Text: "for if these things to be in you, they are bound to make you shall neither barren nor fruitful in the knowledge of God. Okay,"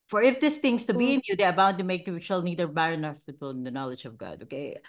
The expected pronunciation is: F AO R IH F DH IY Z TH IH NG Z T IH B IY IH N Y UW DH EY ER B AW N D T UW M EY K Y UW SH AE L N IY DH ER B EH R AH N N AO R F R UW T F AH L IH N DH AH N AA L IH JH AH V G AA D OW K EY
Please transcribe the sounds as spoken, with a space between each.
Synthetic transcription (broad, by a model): F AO R IH F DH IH S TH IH NG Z T IH B IY IH N Y UW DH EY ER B AW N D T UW M EY K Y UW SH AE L N IY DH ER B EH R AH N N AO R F IH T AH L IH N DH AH N AA L IH JH AH V G AA D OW K EY